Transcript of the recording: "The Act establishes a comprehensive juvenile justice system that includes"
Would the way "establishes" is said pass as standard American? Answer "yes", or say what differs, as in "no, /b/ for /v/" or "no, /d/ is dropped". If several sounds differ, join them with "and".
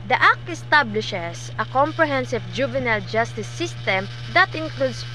no, /s/ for /z/